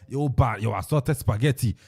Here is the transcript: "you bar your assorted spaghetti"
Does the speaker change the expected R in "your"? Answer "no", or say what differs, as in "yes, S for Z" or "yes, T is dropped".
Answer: yes, W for R